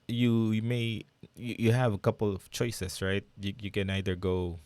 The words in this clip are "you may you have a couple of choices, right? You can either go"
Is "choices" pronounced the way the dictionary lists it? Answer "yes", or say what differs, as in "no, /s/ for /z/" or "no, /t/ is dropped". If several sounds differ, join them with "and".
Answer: no, /s/ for /z/